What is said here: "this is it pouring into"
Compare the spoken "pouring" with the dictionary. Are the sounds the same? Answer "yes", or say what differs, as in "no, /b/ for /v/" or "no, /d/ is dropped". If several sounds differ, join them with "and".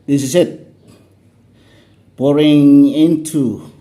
no, /b/ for /p/